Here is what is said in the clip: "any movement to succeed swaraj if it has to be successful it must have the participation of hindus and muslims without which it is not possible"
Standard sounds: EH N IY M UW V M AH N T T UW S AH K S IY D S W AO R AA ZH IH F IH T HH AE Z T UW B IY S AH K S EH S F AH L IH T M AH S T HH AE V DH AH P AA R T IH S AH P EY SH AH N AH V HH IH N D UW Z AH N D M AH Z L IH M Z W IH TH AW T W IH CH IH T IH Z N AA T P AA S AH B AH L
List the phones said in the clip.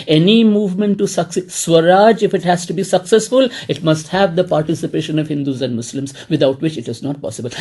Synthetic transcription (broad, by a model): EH N IY M UW V M AH N T T UW S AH K S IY S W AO R AA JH IH F IH T HH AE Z T UW B IY S AH K S EH S F AH L IH T M AH S T HH AE V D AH P AA R T IH S AH P EY SH AH N AH V HH IH N D UW Z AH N D M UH S L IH M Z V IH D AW T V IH CH IH T IH Z N AA T P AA S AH B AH L